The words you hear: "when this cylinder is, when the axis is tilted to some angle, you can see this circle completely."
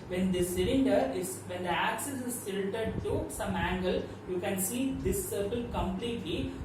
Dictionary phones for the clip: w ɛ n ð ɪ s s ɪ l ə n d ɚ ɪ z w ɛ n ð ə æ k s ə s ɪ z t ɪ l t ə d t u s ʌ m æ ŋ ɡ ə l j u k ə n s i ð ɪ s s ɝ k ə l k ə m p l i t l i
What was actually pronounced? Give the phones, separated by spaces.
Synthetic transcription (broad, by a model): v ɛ n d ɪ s s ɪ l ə n d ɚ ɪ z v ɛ n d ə æ k s ə s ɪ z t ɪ n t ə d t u s ʌ m æ ŋ ɡ ə l j u k ə n s i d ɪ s s ɝ k ə l k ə m p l i t l i